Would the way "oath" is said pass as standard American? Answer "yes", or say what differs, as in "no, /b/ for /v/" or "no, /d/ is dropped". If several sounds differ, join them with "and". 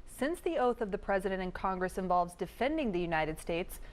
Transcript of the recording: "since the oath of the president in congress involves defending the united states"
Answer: yes